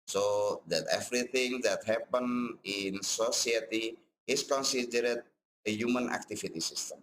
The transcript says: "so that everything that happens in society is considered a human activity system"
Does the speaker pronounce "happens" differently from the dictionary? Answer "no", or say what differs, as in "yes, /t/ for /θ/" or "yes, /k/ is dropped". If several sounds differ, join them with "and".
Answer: yes, /z/ is dropped